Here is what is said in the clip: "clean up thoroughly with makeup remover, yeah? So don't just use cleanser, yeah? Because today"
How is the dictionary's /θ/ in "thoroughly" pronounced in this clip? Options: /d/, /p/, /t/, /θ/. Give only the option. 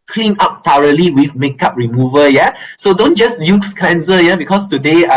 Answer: /t/